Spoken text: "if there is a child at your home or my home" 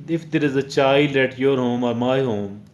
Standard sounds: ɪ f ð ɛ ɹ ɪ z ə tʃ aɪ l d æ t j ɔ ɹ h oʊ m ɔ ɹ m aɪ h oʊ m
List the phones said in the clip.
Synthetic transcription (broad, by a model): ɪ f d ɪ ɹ ɪ z ə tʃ aɪ l ɛ t j ɔ ɹ h oʊ m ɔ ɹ m aɪ h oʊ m